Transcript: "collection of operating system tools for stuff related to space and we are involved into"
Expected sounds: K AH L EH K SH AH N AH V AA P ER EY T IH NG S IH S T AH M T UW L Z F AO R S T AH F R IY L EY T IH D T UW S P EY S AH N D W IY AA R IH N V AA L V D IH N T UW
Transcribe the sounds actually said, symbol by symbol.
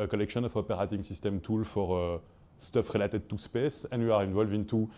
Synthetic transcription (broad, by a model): K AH L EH K SH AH N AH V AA P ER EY T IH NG S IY S T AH M T UW L F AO R S T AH F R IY L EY T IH D T UW S P EY S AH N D W IY AA R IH N V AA L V IH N T UW